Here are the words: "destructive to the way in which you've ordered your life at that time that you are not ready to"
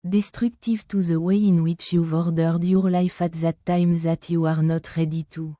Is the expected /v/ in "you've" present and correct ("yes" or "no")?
yes